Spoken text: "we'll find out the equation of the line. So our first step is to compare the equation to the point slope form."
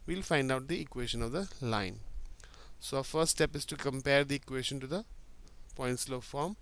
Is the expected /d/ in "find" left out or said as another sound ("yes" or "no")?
no